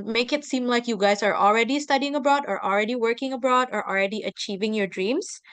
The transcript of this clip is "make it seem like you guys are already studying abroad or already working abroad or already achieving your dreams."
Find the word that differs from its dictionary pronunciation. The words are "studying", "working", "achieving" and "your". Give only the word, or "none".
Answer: none